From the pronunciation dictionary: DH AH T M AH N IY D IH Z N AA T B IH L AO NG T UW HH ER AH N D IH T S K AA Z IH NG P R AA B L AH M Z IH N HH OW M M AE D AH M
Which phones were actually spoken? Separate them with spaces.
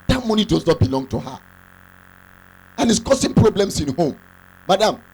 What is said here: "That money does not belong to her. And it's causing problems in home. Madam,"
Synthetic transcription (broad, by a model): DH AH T M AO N IY D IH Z N AA T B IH L AO NG T UW HH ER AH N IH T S K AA S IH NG P R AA B L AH M S IH N HH OW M M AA D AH M